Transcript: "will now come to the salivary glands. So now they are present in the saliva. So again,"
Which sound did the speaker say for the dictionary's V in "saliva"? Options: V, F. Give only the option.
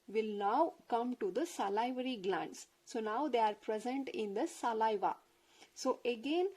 V